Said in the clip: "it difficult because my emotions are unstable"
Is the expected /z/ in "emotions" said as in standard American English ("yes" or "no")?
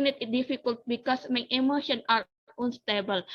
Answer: no